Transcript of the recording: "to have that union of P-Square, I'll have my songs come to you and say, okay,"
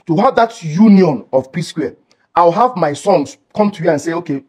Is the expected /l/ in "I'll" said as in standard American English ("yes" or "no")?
no